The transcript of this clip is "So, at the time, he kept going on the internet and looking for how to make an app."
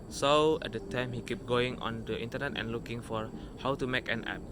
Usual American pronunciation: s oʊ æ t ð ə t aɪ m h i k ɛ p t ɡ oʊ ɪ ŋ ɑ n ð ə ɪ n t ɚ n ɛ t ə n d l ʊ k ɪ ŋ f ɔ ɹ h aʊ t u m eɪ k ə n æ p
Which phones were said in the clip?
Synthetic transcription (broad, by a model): s oʊ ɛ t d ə t aɪ m h i k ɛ p ɡ oʊ ɪ ŋ ɑ n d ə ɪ n t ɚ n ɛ t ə n l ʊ k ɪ ŋ f ɔ ɹ h aʊ t u m eɪ k ə n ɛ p